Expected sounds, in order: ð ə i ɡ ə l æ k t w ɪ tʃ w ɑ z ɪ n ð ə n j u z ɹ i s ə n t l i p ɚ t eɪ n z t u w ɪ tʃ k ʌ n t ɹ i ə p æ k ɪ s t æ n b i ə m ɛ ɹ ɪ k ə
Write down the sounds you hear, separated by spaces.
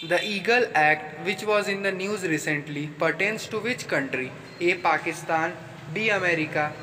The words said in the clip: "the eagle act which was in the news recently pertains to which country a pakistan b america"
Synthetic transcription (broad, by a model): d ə i ɡ ə l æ k t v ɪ tʃ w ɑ z ɪ n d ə n j u z ɹ i s ə n t l i p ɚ t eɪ n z t u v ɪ tʃ k ʌ n t ɹ i ə p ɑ k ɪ s t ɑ n b i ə m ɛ ɹ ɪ k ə